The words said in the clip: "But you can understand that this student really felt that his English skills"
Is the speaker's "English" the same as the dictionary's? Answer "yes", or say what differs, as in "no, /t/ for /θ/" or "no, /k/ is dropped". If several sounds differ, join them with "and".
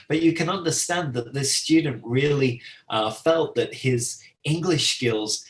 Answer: yes